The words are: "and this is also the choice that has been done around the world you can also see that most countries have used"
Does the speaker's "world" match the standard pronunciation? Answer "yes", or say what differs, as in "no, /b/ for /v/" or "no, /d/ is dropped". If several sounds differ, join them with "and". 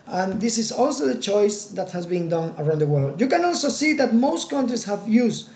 yes